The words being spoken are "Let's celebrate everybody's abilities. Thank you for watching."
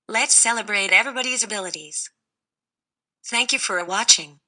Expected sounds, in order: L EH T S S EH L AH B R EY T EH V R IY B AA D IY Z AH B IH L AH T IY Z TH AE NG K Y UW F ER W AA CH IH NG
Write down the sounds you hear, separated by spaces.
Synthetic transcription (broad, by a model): L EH T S S EH L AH B R EY T EH V R IY B AA D IY Z AH B IH L AH T IY Z TH AE NG K Y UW F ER W AA CH IH NG